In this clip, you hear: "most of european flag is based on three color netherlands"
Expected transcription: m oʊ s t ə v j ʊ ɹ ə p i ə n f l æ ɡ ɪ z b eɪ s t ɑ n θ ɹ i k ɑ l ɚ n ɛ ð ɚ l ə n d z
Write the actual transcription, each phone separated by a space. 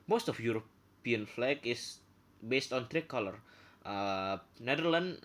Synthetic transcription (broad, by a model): m oʊ s t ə f j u ɹ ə p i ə n f l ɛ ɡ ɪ s b eɪ s t ɑ n t ɹ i k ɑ l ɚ n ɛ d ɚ l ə n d